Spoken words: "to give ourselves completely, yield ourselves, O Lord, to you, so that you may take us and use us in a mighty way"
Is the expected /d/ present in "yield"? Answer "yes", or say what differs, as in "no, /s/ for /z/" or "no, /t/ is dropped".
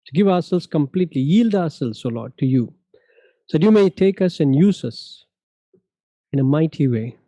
yes